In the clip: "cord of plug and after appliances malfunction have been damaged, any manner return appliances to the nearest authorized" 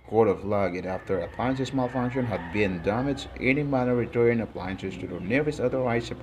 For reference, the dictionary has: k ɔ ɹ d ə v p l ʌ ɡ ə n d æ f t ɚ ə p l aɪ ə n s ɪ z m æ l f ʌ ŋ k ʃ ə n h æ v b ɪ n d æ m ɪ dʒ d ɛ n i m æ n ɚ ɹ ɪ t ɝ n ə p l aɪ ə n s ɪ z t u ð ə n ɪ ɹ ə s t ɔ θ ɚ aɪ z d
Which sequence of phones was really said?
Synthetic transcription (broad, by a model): k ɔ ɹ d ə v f l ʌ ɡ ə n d æ f t ɚ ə p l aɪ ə n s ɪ s m æ l f ʌ ŋ k ʃ ə n h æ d b ɪ n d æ m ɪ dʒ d ɛ n i m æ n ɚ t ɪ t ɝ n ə p l aɪ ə n s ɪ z t u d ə n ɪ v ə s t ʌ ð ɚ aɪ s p